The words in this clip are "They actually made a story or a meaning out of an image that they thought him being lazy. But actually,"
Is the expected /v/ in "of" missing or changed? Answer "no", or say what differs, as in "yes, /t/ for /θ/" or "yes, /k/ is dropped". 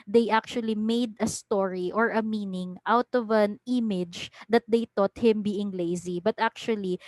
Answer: no